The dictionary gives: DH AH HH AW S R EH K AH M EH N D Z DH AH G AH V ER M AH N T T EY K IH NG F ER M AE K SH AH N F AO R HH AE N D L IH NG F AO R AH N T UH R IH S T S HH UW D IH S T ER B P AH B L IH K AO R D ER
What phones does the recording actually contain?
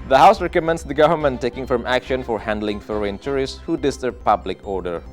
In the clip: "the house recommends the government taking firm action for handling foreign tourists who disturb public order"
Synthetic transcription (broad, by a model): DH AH HH AW S R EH K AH M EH N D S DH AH G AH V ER M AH N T T EY K IH NG F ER M AE K SH AH N F AO R HH AE N D L IH NG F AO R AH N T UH R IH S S HH UW D IH S T ER B P AH B L IH K AO R D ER